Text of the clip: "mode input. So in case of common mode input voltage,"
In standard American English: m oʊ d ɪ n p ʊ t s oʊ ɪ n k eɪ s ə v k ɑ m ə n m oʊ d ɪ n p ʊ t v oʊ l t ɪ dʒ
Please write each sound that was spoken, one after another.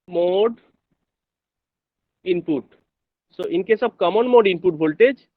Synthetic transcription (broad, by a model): m oʊ d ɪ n p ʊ t s oʊ ɪ n k eɪ s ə b k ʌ m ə n m oʊ d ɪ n p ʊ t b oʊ l t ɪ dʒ